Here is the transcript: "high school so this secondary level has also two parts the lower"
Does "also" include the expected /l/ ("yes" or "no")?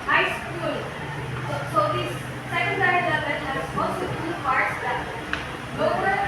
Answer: no